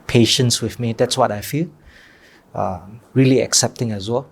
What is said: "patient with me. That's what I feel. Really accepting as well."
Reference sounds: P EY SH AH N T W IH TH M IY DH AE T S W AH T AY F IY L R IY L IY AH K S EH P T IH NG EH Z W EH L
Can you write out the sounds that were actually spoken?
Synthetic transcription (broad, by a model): P EY SH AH N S W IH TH M IY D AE T S W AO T AY F IY L R IY L IY AH K S EH P T IH NG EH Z W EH L